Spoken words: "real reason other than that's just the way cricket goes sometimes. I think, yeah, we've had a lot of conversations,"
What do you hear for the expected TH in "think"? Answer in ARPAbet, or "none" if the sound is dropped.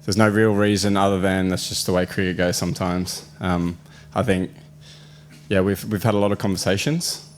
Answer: TH